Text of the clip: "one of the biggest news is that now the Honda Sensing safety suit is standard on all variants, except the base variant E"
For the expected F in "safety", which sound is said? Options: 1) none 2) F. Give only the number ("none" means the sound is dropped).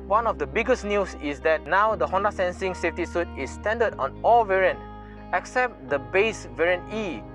2